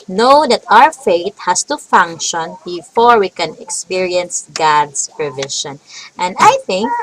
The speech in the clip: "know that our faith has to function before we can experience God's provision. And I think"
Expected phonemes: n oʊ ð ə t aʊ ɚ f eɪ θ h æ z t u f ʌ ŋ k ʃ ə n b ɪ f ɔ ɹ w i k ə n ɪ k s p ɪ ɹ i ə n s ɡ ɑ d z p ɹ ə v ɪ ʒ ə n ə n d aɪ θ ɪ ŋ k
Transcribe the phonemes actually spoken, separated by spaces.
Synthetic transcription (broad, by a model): n oʊ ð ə t aʊ ɚ f eɪ t h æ s t u f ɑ ŋ k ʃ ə n b ɪ f ɔ ɹ w i k ə n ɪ k s p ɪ ɹ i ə n s ɡ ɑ d s p ɹ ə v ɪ ʃ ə n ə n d aɪ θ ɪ ŋ k